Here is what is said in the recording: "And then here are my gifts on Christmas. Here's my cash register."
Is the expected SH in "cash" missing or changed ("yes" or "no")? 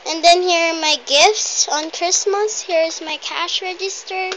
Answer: no